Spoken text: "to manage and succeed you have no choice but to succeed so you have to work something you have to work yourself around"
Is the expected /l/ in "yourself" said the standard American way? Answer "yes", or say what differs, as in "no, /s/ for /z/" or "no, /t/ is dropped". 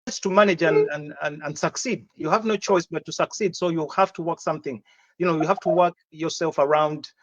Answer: yes